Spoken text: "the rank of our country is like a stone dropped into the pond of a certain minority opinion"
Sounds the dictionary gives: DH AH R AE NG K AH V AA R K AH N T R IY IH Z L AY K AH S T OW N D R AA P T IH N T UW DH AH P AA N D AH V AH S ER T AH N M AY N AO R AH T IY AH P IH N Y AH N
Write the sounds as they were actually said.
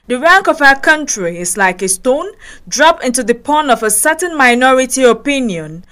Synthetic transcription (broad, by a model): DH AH R AE NG K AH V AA K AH N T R IY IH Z L AY K AH S T OW N D R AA P IH N T UW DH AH P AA N AH V AH S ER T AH N M AY N AO R AH T IY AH P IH N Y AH N